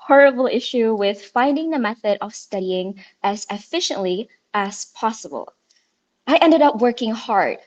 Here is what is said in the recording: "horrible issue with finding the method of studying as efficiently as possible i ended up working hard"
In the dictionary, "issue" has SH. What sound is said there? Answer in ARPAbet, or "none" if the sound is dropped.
SH